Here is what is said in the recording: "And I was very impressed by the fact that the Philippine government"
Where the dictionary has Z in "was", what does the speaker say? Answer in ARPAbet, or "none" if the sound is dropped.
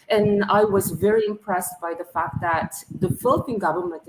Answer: Z